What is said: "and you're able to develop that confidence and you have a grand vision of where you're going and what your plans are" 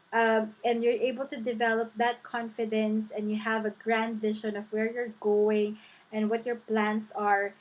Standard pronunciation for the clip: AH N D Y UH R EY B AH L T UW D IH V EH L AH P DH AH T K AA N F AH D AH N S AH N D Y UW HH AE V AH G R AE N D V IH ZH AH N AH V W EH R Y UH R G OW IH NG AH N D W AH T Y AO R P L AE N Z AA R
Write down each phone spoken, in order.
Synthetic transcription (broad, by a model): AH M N Y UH R EY B AH L T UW D IH V EH L AH P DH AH T K AA N F AH D AH N S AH N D Y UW HH AE V AH G R AE N D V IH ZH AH N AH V W EH R Y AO R G OW IH NG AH N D W AH T Y AO R P L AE N S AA R